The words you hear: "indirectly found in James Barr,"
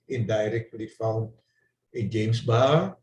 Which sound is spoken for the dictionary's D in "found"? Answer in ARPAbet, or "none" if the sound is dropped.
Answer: none